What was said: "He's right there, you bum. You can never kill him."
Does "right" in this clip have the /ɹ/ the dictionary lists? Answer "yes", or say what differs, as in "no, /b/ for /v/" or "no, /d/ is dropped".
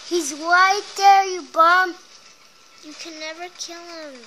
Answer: no, /w/ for /ɹ/